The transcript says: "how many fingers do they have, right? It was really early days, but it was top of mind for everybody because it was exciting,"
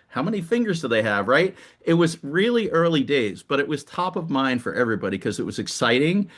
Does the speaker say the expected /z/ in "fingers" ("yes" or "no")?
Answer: yes